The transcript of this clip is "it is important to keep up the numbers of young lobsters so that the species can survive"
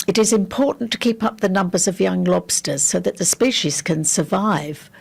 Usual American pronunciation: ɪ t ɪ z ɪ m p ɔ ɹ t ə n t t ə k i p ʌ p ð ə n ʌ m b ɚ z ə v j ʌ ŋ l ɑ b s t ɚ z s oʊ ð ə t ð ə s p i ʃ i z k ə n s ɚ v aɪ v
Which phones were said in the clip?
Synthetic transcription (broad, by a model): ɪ t ɪ z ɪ m p ɔ ɹ t n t t ə k i p ʌ p ð ə n ʌ m b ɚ z ə v j ʌ ŋ l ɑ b s t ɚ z s oʊ ð ə t ð ə s p i ʃ i z k ə n s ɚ v aɪ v